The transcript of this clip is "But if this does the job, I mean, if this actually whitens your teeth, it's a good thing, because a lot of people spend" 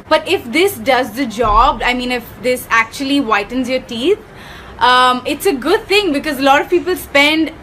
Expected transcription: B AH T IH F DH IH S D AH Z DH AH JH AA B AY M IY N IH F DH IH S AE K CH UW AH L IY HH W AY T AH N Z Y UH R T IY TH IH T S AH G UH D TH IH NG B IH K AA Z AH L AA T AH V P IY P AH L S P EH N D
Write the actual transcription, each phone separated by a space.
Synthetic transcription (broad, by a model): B AH T IH F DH IH S D AH Z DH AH JH AA B AY M IY N IH F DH IH S AE K CH UW AH L IY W AY T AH N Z Y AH R T IY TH IH T S AH G UH D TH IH NG B IH K AA Z AH L AA T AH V P IY P AH L S P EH N D